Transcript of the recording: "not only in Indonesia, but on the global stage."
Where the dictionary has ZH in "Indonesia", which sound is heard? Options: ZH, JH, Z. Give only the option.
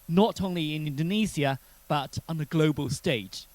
Z